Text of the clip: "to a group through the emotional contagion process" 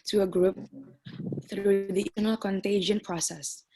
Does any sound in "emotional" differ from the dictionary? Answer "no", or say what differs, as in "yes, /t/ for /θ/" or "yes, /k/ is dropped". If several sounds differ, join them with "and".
yes, /ʃ/ is dropped